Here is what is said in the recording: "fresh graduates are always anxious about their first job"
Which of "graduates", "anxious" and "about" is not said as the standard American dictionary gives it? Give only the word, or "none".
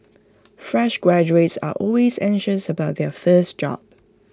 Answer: none